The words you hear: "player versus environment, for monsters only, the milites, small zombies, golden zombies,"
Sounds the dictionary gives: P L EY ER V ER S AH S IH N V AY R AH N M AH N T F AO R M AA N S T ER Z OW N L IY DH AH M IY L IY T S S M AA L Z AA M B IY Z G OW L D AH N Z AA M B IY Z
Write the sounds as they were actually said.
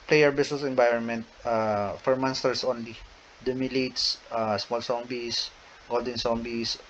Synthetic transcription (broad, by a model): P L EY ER B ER S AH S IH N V AY R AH N M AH N T F AO R M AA N S T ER S OW N L IY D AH M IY L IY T S S M AA L S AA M B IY S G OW L D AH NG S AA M B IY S